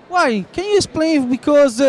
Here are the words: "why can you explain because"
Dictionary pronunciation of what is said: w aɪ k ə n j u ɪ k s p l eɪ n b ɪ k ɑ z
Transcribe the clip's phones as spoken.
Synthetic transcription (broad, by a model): w aɪ k ə n j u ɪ s p l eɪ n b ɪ k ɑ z